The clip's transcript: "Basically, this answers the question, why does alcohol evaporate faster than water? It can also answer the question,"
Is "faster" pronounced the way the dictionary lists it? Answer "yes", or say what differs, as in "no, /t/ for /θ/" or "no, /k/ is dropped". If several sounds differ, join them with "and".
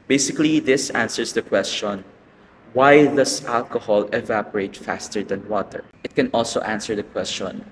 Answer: yes